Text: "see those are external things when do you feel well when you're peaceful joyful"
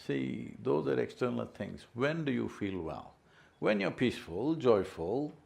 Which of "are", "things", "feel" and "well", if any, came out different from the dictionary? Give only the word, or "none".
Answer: things